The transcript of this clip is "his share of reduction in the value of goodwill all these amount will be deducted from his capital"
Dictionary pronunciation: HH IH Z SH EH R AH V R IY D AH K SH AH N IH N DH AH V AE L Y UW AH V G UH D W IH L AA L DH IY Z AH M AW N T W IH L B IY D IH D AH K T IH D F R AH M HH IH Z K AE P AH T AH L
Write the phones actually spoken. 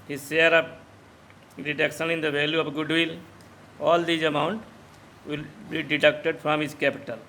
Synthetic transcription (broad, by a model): HH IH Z S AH R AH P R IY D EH K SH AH N IH N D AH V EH L Y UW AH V G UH D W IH L AA L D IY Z AH M AW N T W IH L B IY D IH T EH K T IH D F R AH M HH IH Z K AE P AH T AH L